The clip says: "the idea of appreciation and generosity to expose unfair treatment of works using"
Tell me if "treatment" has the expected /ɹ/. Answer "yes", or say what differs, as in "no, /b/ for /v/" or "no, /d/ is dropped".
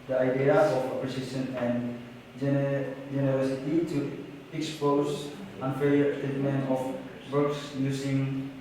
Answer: no, /ɹ/ is dropped